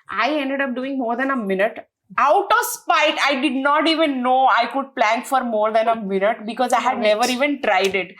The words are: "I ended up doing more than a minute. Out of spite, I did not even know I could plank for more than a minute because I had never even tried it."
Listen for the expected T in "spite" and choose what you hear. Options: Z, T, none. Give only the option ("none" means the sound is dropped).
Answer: T